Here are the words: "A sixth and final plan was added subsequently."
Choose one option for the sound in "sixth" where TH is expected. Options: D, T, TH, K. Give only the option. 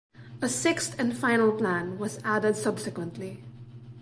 T